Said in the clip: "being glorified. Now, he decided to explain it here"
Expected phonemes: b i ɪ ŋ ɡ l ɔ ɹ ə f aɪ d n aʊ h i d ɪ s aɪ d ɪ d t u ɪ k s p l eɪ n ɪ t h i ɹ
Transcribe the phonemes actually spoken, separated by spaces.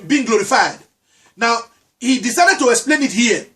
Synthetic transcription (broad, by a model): b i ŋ ɡ l ɔ ɹ ə f aɪ d n aʊ h i d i s aɪ d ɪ d t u ɪ k s p l eɪ n ɪ t h i